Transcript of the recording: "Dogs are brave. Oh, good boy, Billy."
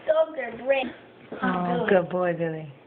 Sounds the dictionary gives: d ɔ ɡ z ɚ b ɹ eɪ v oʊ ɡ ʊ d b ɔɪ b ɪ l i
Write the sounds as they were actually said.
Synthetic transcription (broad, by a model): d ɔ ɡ ɚ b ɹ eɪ oʊ ɡ ʊ d b ɔɪ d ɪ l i